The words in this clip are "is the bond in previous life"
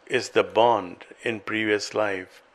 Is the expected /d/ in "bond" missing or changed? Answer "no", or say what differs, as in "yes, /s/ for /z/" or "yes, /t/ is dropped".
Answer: no